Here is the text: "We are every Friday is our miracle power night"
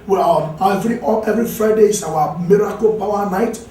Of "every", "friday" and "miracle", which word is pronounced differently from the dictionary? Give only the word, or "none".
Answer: none